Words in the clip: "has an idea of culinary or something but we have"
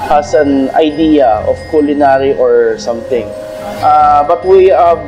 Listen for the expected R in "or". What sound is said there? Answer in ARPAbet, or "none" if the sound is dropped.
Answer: R